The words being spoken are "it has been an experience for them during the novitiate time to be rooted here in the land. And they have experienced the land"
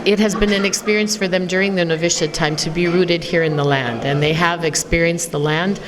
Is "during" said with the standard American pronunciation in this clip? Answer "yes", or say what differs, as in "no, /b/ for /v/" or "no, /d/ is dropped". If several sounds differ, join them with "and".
yes